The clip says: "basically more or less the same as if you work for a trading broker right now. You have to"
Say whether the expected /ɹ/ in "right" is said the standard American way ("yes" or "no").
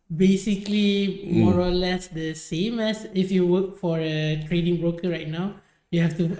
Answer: yes